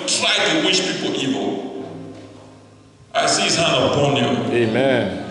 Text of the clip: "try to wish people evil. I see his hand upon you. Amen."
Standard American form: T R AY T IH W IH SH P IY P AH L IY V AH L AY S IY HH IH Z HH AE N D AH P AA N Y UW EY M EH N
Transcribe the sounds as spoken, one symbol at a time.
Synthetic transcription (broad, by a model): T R AY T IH W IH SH P IY P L IY V AH L AY S IY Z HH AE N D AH B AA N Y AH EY M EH N